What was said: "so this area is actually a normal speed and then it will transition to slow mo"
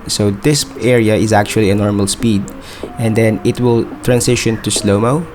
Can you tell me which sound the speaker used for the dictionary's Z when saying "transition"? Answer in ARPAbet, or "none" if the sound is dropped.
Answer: S